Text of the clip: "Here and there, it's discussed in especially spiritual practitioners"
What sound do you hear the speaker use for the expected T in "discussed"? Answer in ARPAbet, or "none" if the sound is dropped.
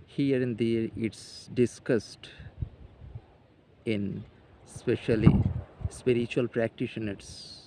T